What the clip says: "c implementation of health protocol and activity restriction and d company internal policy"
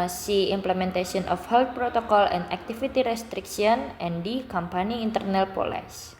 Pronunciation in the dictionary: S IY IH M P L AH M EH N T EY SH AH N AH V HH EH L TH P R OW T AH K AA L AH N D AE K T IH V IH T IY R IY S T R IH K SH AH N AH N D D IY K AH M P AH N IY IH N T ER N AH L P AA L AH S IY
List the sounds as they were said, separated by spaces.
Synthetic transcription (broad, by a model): S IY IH M P L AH M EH N T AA S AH N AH F HH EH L T P R OW T AH K AA L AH N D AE K T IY F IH T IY R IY S T R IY K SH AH N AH N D D IY K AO M P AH N IY N T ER N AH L P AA L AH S